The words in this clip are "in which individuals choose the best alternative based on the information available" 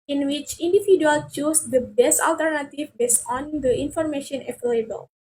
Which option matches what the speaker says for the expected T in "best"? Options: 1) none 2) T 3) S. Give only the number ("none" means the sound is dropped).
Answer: 2